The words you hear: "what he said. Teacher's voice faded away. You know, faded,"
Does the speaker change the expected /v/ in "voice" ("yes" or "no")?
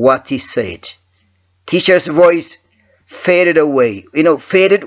no